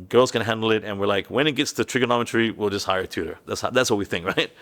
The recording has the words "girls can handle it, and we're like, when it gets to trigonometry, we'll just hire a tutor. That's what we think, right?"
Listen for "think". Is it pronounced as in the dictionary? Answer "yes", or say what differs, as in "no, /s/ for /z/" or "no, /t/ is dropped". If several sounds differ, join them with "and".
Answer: yes